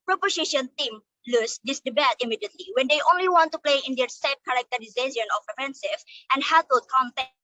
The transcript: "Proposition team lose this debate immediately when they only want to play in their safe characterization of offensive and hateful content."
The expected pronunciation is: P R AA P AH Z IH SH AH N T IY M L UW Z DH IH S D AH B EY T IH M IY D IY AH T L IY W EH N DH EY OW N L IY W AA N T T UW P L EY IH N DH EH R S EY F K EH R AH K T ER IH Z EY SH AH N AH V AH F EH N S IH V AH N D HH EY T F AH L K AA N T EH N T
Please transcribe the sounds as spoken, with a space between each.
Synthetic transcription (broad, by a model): P R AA P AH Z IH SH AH N T IY M L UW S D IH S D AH B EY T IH M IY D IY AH T L IY W EH N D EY OW N L IY W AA N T T UW P L EY IH N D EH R S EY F K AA R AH K T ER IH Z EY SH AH N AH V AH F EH N S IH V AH N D HH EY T AH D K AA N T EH